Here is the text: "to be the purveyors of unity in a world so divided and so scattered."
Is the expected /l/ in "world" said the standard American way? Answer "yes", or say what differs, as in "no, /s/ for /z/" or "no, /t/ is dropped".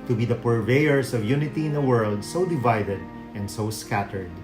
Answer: yes